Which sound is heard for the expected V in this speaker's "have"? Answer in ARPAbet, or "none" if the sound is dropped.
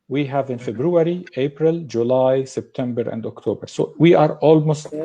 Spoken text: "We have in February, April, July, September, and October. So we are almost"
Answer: V